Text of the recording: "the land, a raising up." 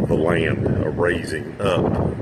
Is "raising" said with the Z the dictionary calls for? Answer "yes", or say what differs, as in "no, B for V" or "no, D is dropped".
yes